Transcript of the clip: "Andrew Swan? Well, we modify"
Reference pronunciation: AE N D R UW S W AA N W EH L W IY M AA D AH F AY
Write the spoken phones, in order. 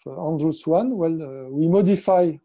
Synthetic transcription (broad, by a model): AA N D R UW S W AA N W EH L W IY M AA D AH F AY